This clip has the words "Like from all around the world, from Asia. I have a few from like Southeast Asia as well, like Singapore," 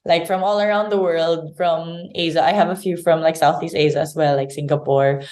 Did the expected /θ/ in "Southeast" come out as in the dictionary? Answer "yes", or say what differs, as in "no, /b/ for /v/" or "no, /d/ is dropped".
yes